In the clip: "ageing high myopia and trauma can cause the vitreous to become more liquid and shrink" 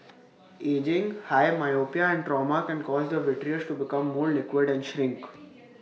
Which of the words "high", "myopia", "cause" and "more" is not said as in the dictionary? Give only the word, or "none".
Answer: none